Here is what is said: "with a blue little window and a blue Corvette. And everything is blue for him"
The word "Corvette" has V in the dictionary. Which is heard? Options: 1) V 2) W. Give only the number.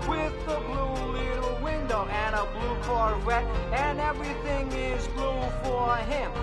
2